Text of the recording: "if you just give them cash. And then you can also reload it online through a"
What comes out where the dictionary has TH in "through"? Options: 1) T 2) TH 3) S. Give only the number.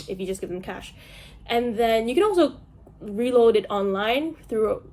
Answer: 2